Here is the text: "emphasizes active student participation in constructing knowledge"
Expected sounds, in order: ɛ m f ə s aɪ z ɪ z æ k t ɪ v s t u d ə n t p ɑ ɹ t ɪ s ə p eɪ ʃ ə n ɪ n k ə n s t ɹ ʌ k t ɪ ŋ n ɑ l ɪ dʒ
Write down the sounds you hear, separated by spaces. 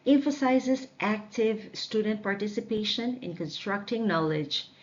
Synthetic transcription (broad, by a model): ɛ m f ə s aɪ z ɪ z æ k t ɪ v s t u d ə n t p ɑ ɹ t ɪ s ə p eɪ ʃ ə n ɪ n k ə n s t ɹ ʌ k t ɪ ŋ n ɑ l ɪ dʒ